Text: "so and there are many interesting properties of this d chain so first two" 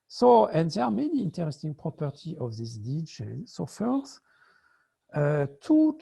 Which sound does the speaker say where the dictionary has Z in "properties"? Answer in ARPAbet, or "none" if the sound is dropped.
none